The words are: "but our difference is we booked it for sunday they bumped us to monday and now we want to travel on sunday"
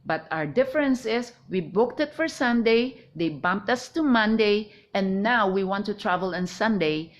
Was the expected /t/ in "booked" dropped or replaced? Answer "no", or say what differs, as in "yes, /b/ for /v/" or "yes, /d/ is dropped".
no